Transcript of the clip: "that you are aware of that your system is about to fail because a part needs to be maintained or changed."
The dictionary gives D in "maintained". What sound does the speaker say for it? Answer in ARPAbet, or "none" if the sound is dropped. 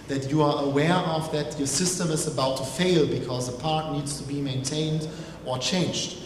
D